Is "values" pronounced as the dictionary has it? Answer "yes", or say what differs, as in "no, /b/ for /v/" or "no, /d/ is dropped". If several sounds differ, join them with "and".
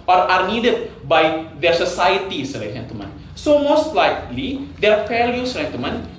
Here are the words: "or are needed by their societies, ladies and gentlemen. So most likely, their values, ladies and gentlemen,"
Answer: no, /f/ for /v/